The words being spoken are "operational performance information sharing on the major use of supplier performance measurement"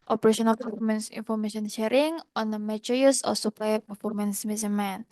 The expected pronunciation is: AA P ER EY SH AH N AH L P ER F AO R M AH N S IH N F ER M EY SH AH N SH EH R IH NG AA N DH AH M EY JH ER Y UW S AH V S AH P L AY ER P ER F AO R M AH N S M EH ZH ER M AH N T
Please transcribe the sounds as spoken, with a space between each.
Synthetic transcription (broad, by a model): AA P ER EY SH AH N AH L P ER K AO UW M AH N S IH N F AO M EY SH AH N SH EH R IH NG AA N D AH M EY CH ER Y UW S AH F S AH P L AY ER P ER F AO R M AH N S M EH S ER M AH N